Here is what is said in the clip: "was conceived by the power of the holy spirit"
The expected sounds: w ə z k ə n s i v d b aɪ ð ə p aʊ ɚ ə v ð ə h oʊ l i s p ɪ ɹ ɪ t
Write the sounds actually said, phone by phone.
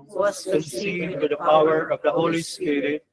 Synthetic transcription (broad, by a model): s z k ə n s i d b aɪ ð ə p aʊ ɚ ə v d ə h oʊ l i s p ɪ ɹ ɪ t